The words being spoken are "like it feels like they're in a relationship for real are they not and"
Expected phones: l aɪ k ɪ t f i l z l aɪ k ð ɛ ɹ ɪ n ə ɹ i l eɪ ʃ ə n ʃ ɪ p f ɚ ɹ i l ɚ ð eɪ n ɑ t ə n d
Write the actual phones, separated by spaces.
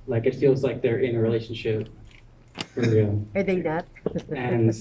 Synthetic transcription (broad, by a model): l aɪ k ɪ t f i l z l aɪ k ð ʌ ɹ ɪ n ə ɹ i l eɪ ʃ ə n ʃ ɪ p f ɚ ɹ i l ɚ ð eɪ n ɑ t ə n